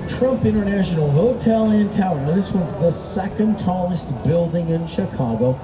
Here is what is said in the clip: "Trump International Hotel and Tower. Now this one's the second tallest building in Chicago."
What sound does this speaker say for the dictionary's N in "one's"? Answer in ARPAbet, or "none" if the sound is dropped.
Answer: none